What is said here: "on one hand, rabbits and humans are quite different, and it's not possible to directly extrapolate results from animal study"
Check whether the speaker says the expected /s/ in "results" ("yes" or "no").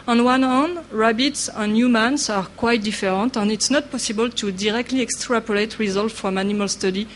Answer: no